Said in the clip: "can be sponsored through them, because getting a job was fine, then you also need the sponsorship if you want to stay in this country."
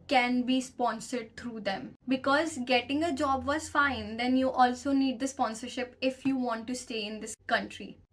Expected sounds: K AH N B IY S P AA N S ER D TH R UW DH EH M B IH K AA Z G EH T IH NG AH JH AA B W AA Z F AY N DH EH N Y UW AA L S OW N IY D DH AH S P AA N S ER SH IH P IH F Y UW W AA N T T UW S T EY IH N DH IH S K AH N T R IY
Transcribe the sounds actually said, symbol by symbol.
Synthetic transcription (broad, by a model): K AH N B IY S P AA N S ER D T R UW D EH M B IH K AA Z G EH T IH NG AH JH AA B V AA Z F AY N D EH N Y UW AA L S OW N IY D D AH S P AA N S ER SH IH P IH F Y UW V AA N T T UW S T EY IH N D IH S K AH N T R IY